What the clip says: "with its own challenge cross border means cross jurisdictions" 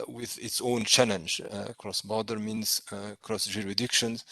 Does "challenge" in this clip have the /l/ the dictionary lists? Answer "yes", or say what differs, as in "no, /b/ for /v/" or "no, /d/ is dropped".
yes